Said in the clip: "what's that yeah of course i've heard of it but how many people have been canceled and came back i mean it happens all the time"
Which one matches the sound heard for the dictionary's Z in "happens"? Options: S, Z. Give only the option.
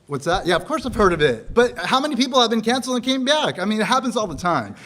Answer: Z